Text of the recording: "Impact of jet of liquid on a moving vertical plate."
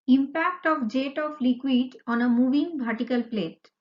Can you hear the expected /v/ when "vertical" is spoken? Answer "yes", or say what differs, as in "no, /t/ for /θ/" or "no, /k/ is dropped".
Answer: no, /b/ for /v/